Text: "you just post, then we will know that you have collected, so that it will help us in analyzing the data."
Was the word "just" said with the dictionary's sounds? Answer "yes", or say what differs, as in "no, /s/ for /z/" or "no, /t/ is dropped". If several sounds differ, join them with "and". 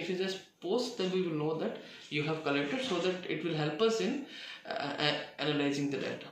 no, /z/ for /dʒ/